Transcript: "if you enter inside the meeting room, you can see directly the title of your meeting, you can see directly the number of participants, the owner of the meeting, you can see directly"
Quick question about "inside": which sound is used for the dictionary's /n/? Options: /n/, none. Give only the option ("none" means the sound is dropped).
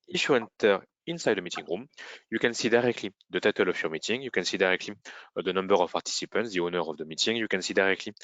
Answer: /n/